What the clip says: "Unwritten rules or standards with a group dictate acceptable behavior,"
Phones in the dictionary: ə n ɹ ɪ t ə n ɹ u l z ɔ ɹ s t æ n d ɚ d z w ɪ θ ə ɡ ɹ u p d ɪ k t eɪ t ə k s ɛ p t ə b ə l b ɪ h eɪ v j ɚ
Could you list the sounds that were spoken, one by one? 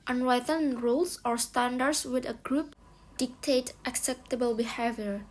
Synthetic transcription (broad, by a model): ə n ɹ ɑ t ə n ɹ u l s ɔ ɹ s t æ n d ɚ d s w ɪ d ə ɡ ɹ u p d ɪ k t eɪ t ə k s ɛ p t ə b ə l b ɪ h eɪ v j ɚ